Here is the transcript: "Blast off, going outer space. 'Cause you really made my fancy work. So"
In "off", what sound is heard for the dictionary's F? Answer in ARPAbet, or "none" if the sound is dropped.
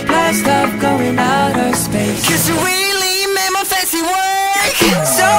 P